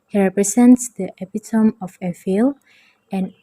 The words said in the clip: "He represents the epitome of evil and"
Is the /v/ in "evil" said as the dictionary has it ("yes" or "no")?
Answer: no